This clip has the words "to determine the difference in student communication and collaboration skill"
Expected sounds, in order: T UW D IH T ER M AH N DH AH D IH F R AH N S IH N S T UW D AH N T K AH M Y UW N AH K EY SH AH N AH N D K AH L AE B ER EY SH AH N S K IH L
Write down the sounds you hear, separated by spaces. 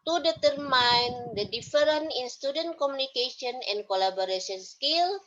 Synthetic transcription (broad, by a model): T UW D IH T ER M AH N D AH D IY F R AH N IH N S T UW D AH N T K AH M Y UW N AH K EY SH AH N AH N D K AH L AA B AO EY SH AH N S K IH L